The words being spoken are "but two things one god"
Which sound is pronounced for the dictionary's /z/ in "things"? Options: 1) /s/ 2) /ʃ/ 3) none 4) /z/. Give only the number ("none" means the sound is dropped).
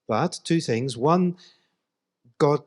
4